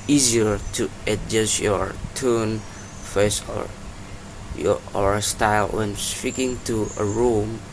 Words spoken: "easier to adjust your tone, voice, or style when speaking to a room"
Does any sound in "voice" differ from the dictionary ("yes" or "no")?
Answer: yes